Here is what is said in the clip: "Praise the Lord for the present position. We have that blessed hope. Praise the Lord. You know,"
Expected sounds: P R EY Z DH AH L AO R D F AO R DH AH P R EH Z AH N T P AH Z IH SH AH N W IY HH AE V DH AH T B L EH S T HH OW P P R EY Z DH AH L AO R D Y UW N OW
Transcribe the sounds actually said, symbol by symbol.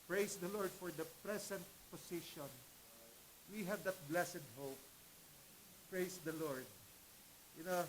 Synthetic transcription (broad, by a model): P R EY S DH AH L AO R D F AO R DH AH P R EH S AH N T P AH S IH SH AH N W IY HH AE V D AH T B L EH S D HH OW P P R EY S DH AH L AO R D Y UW N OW